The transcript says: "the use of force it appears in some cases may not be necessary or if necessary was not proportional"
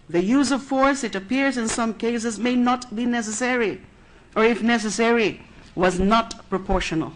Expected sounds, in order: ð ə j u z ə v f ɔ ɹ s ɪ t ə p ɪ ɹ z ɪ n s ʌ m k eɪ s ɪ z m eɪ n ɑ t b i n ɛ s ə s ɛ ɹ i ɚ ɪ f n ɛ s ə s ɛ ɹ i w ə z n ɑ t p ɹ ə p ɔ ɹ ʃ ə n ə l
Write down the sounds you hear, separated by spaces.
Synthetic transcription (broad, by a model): ð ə j u z ə v f ɔ ɹ s ɪ t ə p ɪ ɹ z ɪ n s ʌ m k eɪ s ɪ z m eɪ n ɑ t b i n ɛ s ə s ɛ ɹ i ɚ ɪ f n ɛ s ə s ɛ ɹ i w ə z n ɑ t p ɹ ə p ɔ ɹ ʃ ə n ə l